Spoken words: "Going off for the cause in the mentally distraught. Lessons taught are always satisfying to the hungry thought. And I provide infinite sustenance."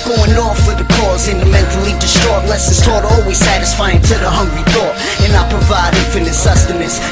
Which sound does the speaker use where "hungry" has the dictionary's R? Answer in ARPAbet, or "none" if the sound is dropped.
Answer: R